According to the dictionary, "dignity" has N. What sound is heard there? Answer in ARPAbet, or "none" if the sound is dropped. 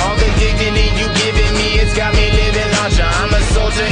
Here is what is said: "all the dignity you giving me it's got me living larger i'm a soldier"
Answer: none